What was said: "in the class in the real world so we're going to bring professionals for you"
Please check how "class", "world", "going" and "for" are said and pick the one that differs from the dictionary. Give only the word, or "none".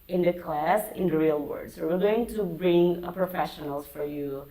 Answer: world